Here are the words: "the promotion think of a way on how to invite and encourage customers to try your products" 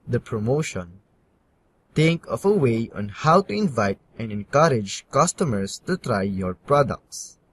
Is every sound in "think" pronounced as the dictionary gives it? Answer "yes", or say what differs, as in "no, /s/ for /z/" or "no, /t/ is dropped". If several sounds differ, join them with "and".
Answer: no, /t/ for /θ/